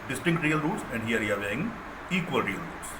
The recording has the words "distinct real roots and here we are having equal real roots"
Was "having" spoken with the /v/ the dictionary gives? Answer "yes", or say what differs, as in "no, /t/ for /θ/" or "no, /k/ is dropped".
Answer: no, /v/ is dropped